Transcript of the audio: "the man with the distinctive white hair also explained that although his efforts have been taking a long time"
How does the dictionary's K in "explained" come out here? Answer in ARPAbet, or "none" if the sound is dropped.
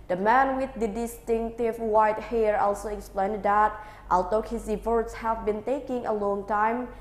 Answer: K